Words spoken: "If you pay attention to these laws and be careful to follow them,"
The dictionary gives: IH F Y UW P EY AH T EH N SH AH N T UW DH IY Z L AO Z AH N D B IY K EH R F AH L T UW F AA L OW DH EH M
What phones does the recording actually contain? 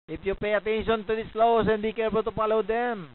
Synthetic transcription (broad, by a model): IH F Y UW P EY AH T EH N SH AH N T UW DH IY S L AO S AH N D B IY K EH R P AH T UW P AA L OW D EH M